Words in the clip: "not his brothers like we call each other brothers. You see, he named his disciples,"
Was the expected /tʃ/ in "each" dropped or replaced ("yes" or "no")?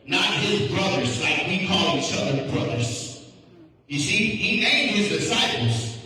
yes